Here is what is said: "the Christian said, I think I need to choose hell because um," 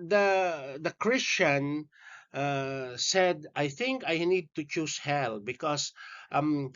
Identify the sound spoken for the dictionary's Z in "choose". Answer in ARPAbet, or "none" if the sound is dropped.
S